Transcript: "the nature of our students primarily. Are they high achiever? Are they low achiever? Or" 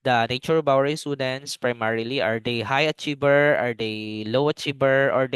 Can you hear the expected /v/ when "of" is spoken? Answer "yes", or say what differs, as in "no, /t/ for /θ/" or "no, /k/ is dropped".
no, /b/ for /v/